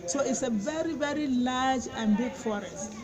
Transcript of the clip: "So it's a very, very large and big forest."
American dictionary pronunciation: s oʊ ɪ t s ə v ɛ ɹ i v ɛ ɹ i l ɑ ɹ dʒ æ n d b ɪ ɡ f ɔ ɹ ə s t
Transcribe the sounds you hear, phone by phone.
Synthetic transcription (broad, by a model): s oʊ ɪ t s ə v ɛ ɹ i v ɛ ɹ i l ɑ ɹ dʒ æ n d b ɪ ɡ f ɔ ɹ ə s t